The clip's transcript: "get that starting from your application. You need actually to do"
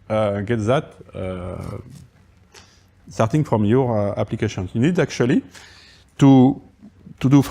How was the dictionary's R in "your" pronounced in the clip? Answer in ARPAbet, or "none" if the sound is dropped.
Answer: R